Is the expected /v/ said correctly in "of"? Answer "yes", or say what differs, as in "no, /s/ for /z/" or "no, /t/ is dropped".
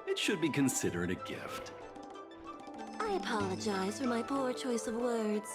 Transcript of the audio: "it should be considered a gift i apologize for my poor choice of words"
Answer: yes